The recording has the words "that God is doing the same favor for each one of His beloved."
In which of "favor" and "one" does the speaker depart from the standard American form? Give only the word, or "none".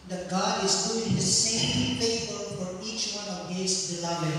favor